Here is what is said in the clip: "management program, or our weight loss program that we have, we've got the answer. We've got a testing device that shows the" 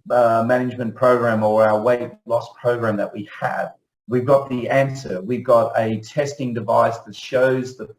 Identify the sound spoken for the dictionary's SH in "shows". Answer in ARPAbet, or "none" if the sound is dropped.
SH